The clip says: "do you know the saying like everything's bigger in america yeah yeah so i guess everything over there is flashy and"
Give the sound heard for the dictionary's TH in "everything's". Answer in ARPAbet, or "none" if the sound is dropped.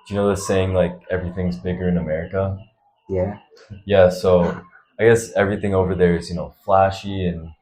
TH